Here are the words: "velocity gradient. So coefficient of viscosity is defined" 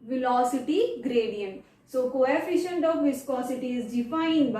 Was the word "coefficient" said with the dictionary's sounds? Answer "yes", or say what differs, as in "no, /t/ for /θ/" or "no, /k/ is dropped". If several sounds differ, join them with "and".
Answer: yes